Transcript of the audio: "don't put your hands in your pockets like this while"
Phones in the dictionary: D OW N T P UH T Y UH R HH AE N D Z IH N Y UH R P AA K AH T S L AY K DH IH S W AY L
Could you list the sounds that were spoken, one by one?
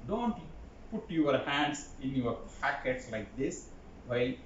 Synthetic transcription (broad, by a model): D OW N T P UH T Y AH R HH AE N D S IH N Y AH R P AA K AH T S L AY K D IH S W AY